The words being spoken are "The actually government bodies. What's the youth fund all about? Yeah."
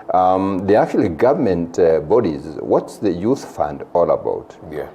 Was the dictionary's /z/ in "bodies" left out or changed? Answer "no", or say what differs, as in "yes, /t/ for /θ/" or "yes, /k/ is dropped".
no